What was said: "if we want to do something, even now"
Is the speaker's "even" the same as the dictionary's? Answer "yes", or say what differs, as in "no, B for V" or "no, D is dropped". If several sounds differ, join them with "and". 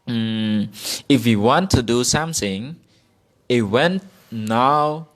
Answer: no, W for V